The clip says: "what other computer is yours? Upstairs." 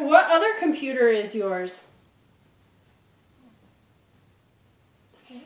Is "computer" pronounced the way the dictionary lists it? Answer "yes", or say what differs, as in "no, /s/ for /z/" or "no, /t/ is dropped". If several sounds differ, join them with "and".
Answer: yes